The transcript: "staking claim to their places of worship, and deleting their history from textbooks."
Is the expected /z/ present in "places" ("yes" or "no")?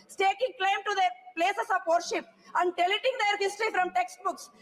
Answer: no